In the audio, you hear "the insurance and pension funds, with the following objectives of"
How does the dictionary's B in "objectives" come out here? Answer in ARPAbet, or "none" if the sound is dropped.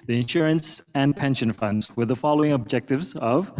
B